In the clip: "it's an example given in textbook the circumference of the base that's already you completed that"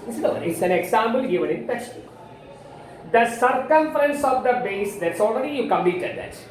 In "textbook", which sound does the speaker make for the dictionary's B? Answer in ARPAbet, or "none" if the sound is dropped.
none